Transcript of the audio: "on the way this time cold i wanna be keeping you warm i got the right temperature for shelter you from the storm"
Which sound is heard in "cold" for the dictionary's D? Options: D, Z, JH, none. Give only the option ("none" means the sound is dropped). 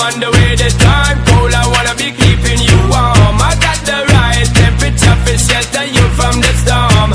none